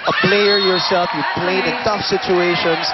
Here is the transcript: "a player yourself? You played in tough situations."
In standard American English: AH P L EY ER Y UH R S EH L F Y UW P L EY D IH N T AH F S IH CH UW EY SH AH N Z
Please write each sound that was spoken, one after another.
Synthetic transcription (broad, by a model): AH P L EY ER Y UH R S EH L F Y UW P L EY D IH N T AH F S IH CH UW EY SH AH N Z